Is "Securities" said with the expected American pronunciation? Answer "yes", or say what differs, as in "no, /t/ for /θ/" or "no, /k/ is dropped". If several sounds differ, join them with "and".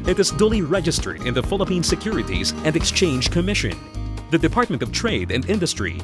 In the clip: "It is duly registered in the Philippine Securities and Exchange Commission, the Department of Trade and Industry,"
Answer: yes